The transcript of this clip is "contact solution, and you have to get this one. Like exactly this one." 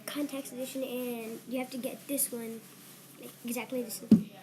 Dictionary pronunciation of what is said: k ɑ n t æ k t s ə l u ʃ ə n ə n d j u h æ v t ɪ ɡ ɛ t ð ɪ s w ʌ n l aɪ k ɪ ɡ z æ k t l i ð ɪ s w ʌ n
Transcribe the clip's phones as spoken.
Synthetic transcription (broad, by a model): k ɑ n t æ k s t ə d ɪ ʃ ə n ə n j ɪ h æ f t ɪ ɡ ɛ t ð ɪ s w ʌ n l aɪ k ɪ ɡ z æ k t l i ð ɪ s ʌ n